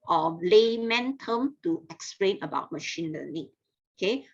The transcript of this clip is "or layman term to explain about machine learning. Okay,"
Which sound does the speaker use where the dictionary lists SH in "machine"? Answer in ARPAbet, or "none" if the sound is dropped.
SH